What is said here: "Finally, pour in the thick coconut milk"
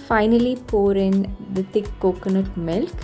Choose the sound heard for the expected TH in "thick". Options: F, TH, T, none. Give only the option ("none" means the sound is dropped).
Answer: T